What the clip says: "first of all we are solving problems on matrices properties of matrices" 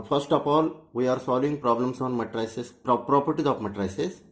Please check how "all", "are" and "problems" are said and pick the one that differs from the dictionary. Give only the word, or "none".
problems